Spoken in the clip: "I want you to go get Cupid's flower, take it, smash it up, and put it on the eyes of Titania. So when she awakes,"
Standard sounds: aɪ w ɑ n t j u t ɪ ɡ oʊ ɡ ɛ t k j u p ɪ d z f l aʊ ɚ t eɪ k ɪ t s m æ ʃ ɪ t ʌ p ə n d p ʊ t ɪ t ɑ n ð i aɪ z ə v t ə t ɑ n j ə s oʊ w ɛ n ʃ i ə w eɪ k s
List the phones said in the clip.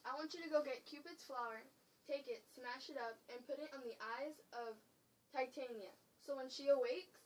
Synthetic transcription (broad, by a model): aɪ w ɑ n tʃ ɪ t ɪ ɡ oʊ ɡ ɛ t k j u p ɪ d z f l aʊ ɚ t eɪ k ɪ t s m æ ʃ ɪ t ʌ p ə n p ʊ t ɪ t n ð i aɪ z ə v t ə t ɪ n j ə s oʊ w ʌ n ʃ i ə w eɪ k s